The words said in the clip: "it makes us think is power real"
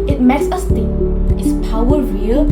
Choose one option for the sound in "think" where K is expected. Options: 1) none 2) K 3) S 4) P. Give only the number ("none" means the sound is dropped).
1